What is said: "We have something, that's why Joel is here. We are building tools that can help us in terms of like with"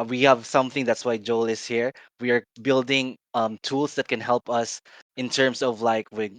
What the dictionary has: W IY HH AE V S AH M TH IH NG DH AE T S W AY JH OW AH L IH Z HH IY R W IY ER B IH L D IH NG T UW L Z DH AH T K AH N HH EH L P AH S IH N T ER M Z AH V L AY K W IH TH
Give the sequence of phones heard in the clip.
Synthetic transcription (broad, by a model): W IY HH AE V S AH M TH IH NG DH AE T S W AY JH OW AH L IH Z HH IY R W IY ER B IH L D IH NG T UW L S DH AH T K AH N HH EH L P AH S IH N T ER M S AH V L AY K W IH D